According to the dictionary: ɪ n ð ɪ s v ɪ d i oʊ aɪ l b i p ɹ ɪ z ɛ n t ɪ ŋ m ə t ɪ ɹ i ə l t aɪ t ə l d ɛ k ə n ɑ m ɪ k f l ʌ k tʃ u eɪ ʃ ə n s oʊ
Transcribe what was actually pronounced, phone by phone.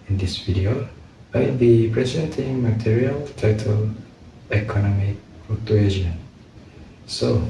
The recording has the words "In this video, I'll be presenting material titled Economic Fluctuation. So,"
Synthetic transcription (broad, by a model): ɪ n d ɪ s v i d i oʊ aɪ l b i p ɹ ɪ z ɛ n t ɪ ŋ m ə t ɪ ɹ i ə l t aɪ t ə l ɛ k ə n ɑ m ɪ k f ɔ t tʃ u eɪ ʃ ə n s oʊ